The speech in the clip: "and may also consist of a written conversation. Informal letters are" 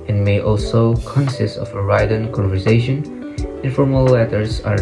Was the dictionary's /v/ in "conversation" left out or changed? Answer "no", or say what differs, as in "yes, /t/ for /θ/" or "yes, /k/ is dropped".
no